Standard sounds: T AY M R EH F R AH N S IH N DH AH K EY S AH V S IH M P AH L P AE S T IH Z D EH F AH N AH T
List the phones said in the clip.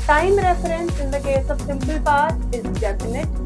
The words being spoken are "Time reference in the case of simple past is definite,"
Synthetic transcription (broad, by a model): T AY M R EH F R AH N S IH N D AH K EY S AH B S IH M P AH L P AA T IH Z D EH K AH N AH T